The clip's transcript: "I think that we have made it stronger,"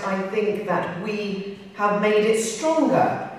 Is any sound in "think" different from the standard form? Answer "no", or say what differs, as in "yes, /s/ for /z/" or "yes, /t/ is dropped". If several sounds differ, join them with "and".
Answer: no